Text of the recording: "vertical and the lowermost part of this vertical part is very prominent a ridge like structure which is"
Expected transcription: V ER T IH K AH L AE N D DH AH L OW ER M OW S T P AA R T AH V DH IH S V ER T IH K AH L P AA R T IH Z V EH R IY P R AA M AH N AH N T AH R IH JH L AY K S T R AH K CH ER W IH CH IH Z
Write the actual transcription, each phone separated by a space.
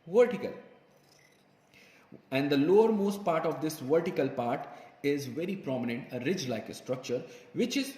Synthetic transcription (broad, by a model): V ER T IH K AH L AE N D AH L OW ER M OW S T P AA R T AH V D IH S V ER T IH K AH L P AA R T IH Z V EH R IY P R AA M AH N AH N T AH R IH JH L AY K S T R AH K CH ER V IH CH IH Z